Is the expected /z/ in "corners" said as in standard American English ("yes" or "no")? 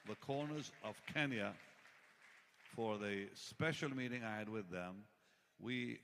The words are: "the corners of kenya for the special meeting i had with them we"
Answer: yes